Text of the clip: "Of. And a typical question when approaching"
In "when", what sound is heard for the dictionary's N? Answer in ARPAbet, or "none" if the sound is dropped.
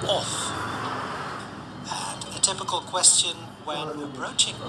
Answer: none